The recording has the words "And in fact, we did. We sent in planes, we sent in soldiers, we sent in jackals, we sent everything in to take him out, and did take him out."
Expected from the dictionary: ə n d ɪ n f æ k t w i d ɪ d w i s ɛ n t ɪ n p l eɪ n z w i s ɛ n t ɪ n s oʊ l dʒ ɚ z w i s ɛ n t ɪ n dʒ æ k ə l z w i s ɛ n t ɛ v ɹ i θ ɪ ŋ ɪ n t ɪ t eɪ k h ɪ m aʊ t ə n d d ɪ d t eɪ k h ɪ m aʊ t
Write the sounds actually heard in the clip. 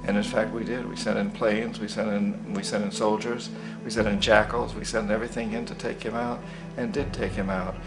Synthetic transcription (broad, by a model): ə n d ɪ n f æ k t w i d ɪ d w i s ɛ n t ɪ n p l eɪ n z w i s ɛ n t ɪ n s oʊ l dʒ ɚ z w i s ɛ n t ɪ n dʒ æ k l z w i s ɛ n t ɛ v ɹ i θ ɪ ŋ ɪ n t ɪ t eɪ k h ɪ m aʊ t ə n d d ɪ d t eɪ k h ɪ m aʊ t